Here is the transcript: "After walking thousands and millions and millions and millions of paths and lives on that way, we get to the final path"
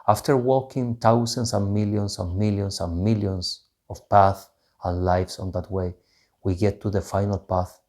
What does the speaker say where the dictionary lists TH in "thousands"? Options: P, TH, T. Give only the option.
T